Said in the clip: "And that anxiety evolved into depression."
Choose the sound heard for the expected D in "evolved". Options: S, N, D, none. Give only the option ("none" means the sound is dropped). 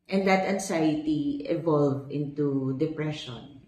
none